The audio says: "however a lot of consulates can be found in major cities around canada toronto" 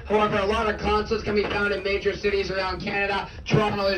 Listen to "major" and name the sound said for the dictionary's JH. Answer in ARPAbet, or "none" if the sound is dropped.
JH